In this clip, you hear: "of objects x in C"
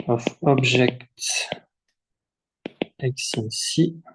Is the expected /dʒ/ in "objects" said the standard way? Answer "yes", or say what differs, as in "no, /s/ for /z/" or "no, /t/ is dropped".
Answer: no, /ʒ/ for /dʒ/